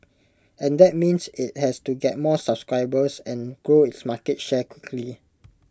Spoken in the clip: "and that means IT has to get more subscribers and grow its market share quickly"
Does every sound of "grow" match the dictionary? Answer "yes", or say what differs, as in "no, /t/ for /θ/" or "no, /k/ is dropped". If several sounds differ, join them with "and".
yes